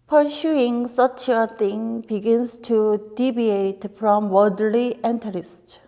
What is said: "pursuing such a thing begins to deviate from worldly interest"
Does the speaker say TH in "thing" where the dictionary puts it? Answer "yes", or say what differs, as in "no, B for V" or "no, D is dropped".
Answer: no, T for TH